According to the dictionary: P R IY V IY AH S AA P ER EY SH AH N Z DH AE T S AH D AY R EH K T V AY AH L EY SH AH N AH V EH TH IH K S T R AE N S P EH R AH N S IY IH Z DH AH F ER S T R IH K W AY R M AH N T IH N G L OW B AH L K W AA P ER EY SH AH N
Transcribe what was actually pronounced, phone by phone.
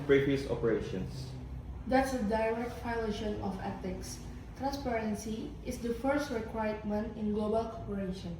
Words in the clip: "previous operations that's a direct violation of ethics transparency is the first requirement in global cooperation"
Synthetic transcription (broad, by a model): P R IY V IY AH S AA P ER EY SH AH N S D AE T S AH D AY R EH K T F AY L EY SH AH N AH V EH T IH K S T R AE N S P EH R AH N S IY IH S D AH F ER S T R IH K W AY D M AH N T IH N G L OW B AH L K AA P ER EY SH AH N